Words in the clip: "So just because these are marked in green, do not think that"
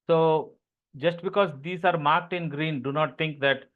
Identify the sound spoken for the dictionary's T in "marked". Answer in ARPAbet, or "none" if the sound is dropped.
T